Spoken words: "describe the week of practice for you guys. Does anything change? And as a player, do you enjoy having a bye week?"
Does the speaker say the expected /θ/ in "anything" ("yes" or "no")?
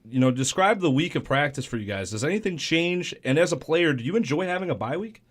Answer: yes